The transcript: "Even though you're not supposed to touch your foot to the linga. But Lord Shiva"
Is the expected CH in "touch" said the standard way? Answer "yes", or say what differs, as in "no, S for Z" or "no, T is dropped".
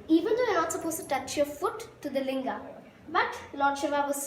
yes